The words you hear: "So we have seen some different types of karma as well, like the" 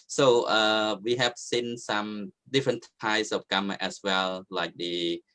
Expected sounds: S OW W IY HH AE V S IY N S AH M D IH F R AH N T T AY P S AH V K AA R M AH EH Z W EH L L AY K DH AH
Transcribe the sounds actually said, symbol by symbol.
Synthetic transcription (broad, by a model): S OW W IY HH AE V S IY N S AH M D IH F R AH N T T AY S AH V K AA M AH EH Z W EH L L AY K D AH